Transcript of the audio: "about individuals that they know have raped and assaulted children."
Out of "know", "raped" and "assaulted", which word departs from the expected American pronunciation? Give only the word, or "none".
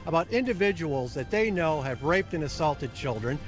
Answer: none